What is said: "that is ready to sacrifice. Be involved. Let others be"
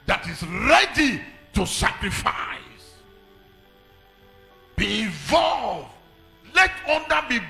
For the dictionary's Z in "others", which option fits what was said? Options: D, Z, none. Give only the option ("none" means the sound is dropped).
none